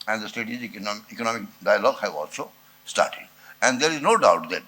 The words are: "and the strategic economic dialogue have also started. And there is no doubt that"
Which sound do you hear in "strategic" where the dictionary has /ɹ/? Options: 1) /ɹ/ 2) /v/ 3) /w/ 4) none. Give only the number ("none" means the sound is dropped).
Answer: 4